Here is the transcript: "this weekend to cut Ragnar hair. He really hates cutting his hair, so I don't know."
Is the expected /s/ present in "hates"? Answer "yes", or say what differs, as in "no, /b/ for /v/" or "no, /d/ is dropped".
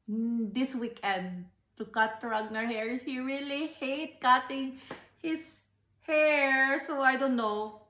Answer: no, /s/ is dropped